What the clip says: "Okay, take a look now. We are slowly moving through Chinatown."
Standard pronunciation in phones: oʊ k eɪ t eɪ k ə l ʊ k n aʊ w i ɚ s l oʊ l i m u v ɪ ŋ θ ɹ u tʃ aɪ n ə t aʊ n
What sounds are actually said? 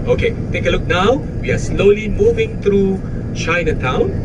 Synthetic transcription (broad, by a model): oʊ k eɪ t eɪ k ə l ʊ k n aʊ w i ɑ s l oʊ l i m u v ɪ ŋ t ɹ u tʃ aɪ n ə t aʊ n